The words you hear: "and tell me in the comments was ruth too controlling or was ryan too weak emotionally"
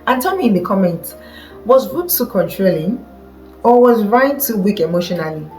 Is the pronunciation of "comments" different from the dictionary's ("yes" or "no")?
yes